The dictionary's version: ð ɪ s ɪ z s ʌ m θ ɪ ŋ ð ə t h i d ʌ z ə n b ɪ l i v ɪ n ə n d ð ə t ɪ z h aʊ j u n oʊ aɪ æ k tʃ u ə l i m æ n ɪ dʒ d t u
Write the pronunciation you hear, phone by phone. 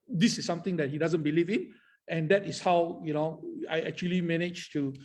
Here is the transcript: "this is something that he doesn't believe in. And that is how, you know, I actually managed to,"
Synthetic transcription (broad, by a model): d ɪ s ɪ s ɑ m t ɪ ŋ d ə t h i d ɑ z ə n b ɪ l i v ɪ n ə n d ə t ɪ s h aʊ j u n oʊ aɪ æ k tʃ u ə l i m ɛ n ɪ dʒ t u